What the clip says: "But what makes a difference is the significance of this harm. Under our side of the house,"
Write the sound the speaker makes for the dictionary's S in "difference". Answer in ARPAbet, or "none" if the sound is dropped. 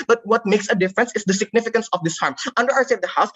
S